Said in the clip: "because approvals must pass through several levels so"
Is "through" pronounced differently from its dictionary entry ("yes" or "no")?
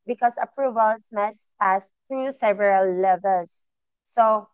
yes